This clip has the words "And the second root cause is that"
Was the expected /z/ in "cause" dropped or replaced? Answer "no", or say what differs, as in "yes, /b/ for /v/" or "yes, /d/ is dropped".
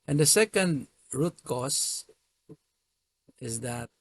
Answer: yes, /s/ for /z/